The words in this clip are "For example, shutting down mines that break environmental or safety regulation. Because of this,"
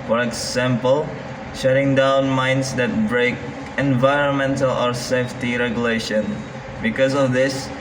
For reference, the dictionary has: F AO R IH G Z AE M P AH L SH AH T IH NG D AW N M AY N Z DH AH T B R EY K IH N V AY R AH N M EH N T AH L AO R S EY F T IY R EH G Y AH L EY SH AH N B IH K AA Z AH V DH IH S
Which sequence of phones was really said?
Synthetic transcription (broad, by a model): F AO R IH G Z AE M P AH L SH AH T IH NG D AW N M AY N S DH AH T B R EY K IH N V AY R AH N M EH N T AH L AO R S EY F T IY R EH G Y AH L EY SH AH N B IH K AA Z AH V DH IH S